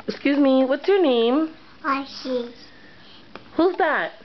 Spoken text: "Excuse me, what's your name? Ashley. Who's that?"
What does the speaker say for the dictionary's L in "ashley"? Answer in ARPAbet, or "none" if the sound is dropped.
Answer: none